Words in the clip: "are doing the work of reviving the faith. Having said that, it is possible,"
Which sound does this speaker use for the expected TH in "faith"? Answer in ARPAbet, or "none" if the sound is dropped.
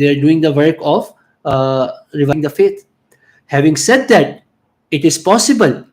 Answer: T